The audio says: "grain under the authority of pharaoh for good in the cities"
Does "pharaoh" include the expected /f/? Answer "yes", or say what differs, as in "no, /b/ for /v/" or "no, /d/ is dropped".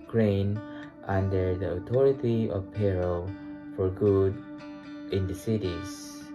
no, /p/ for /f/